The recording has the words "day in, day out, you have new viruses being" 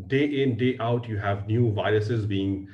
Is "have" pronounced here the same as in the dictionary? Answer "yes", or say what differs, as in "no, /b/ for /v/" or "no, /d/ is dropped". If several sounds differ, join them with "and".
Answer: yes